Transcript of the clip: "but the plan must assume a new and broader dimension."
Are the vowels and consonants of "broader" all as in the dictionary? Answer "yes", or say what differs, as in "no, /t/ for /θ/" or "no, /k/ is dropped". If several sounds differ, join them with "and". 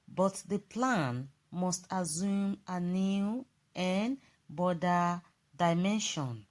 no, /ɹ/ is dropped